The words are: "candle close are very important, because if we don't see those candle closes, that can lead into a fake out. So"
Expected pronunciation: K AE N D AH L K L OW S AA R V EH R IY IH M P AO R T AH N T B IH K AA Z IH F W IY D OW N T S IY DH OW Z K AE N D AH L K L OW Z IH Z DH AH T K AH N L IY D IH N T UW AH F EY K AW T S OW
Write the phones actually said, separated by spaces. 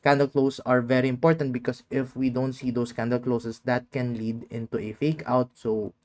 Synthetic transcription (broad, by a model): K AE N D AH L K L OW S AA R V EH R IY IH M P AO R T AH N T B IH K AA S IH F W IY D OW N T S IY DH OW S K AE N D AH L K L OW S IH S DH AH T K AH N L IY D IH N T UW AH F EY K AW T S OW